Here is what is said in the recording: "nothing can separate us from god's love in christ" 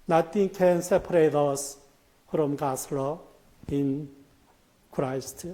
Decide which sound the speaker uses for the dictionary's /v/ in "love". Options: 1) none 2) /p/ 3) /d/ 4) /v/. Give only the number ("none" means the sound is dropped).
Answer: 1